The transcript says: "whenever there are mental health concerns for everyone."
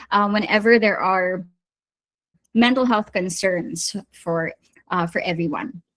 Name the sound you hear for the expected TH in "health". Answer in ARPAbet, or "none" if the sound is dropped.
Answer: TH